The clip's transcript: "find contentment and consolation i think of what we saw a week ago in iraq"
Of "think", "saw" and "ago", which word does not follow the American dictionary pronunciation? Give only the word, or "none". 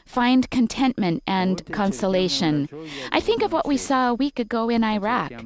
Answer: none